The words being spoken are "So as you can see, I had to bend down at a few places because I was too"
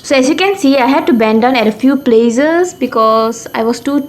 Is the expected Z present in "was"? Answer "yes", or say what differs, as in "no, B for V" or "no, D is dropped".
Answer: no, S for Z